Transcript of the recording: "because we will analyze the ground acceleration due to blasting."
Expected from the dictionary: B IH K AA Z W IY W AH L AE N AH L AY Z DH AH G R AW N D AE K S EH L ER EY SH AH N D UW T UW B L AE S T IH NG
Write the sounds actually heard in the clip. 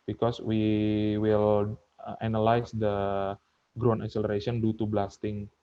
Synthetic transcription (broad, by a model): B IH K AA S W IY W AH L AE N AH L AY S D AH G R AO N EH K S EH L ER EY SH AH N D UW T UW B L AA S T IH NG